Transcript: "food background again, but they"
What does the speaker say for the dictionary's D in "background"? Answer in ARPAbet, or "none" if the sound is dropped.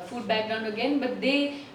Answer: none